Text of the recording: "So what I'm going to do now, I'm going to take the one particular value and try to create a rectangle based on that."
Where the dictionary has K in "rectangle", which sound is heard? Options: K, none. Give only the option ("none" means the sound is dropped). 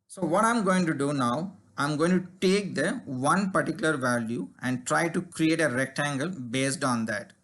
K